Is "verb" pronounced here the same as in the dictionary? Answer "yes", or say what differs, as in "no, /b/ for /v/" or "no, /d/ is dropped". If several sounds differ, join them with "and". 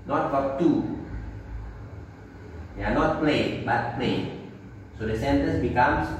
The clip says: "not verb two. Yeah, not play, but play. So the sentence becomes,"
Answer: no, /f/ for /v/